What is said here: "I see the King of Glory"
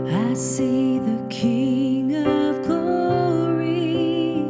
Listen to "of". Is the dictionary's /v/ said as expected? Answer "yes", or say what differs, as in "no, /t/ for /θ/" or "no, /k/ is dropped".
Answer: yes